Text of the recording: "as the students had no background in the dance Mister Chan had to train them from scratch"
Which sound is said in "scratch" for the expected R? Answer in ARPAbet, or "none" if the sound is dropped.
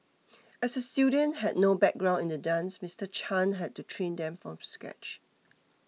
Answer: none